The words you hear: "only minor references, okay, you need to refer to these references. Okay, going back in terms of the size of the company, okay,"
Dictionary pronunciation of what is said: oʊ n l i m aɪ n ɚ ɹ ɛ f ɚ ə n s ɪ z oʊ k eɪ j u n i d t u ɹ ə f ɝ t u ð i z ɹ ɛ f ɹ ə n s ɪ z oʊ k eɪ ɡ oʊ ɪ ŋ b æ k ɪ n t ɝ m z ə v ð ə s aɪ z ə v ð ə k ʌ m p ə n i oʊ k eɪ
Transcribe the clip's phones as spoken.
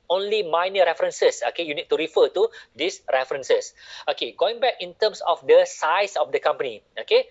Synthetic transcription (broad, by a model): oʊ n l i m aɪ n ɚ ɹ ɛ f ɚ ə n s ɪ s oʊ k eɪ j u n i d t u ɹ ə f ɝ t u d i s ɹ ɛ f ɹ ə n s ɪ s oʊ k eɪ ɡ oʊ ɪ ŋ b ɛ k ɪ n t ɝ m s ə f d ə s aɪ s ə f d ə k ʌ m p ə n i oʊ k eɪ